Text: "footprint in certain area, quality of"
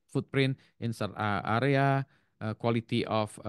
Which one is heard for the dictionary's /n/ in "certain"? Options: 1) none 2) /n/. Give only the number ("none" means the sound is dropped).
1